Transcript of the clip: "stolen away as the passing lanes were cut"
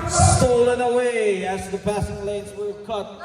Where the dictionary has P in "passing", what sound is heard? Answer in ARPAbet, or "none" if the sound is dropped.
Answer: B